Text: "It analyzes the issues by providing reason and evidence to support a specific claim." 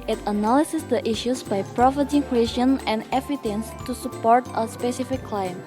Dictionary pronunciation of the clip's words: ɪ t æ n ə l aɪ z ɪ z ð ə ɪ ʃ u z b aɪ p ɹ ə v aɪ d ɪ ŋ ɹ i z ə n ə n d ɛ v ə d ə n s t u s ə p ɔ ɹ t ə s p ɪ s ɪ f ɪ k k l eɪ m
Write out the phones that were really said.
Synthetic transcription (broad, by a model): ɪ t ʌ n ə l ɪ s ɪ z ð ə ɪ ʃ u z b aɪ p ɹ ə f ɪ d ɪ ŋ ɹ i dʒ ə n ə n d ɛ f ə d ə n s t u s ə p ɔ ɹ t ə s p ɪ s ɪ f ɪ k k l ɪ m